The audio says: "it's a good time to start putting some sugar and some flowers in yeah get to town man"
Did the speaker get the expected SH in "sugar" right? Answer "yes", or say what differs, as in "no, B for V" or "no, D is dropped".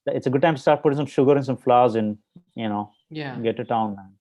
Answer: yes